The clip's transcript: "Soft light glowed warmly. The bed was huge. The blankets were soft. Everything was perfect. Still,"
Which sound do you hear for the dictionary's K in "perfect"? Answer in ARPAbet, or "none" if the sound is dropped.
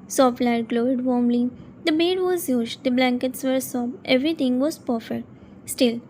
none